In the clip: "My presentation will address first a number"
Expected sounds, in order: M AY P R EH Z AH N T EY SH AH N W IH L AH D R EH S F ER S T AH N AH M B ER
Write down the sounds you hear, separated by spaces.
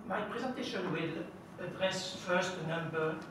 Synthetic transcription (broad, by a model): M AY P R EH Z AH N T EY SH AH N W IH L AH D R EH S F ER S T AH N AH M B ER